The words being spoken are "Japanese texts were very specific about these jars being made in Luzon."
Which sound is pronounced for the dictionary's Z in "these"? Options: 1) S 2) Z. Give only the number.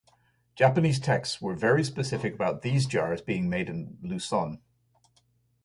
2